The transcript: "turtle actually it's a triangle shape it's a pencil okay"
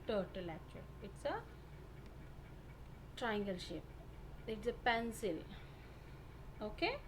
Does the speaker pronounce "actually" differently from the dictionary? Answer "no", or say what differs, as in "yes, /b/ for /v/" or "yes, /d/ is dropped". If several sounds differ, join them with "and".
yes, /l/ is dropped